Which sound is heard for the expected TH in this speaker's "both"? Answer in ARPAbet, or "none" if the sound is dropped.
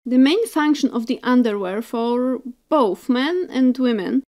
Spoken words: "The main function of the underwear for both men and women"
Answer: TH